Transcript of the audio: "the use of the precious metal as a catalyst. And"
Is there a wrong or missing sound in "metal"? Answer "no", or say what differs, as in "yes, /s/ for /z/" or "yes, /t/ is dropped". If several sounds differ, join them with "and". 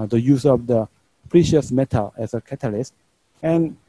no